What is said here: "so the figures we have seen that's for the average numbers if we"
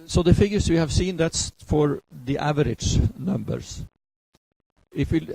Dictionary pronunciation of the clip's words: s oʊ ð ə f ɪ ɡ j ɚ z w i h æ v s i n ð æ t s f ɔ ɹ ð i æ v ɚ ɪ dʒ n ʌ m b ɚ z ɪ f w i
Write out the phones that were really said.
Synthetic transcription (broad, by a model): s oʊ ð ə f ɪ ɡ j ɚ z w i h æ v s i n ð æ t s f ɔ ɹ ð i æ v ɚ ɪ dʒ n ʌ m b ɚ s ɪ f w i